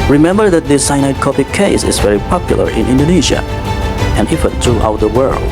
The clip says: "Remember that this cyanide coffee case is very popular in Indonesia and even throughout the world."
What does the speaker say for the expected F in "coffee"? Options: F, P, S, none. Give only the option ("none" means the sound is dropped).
P